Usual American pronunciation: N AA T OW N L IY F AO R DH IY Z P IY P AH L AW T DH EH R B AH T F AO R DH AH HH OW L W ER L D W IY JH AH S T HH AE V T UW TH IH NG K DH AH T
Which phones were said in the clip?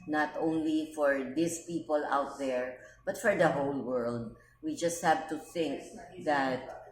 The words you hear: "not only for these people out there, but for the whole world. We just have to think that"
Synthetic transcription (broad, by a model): N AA T OW N L IY F AO R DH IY S P IY P AH L AW T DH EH R B AH T F AO R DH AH HH OW L W ER L D W IY JH AH S T HH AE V T UW TH IH NG K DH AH T